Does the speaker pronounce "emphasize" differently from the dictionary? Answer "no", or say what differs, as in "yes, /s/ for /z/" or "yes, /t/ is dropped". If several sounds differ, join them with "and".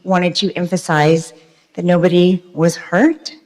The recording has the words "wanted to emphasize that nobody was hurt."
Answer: no